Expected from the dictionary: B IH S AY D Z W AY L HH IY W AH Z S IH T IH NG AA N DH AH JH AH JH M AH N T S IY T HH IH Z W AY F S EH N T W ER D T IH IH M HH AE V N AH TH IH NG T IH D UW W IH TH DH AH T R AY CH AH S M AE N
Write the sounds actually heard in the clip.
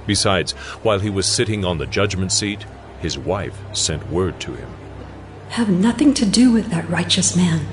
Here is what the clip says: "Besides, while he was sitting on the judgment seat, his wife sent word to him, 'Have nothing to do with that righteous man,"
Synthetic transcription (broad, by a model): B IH S AY D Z W AY L IY W AH Z S IH T IH NG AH N DH AH JH AH JH M AH N T S IY T HH IH Z W AY F S EH N T W ER D T IH IH M HH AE V N AH TH IH NG T IH D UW W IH DH AH T R AY CH AH S M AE N